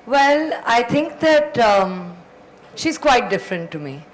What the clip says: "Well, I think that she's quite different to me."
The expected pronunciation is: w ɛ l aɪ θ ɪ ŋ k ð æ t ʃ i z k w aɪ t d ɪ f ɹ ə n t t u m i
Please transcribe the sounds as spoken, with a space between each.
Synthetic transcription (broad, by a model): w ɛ l aɪ t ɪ ŋ k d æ t ʃ i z k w aɪ t d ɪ f ɹ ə n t t u m i